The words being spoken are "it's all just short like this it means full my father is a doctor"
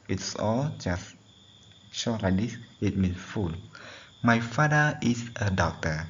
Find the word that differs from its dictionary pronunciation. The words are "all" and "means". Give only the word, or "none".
means